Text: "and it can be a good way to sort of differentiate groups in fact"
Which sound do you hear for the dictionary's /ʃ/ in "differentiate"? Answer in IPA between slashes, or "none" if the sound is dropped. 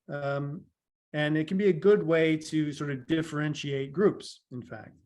/ʃ/